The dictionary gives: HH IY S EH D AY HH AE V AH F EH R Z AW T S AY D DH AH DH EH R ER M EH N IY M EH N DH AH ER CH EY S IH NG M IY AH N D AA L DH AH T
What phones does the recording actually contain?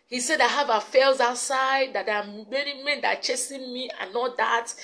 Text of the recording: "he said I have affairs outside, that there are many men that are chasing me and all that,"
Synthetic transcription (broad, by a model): HH IY S EH D AY HH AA V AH F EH L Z AW T S AY D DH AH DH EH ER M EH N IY M EH N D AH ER CH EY S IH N M IY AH N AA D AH T